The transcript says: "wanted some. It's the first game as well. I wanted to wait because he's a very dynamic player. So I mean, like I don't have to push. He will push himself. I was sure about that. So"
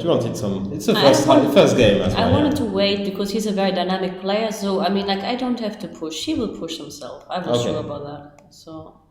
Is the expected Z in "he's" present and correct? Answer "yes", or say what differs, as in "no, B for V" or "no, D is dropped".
yes